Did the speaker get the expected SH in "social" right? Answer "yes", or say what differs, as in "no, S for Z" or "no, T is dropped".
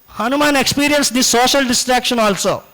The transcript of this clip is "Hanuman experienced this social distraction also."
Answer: yes